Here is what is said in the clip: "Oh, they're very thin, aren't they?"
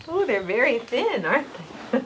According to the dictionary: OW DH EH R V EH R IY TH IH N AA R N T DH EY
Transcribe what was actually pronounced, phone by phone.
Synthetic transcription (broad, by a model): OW DH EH R V EH R IY TH IH N AA R T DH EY